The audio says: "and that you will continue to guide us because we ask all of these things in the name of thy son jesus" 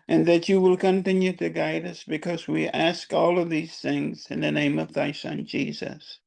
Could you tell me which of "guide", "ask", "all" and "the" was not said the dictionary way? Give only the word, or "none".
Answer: none